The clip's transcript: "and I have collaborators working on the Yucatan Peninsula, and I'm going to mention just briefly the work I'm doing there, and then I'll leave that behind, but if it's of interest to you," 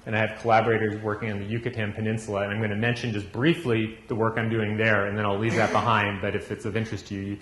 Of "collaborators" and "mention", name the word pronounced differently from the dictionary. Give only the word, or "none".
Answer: none